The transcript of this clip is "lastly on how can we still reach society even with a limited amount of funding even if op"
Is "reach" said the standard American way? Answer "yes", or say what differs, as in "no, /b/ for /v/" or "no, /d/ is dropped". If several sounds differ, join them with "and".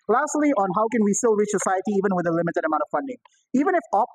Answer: yes